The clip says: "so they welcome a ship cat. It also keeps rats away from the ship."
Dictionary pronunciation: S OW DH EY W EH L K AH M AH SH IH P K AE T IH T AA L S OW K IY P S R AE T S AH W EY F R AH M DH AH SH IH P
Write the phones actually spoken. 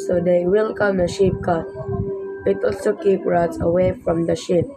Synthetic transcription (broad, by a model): S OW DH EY W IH L K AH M AH SH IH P K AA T IH T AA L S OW K IY P R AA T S AH W EY F R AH M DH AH SH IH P